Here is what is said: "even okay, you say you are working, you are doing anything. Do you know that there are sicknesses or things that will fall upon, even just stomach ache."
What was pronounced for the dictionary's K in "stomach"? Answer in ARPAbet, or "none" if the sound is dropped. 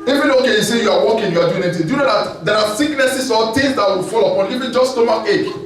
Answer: none